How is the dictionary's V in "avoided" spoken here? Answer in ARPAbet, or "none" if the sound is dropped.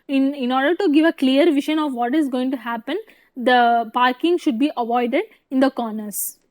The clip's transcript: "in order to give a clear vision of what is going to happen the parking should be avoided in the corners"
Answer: V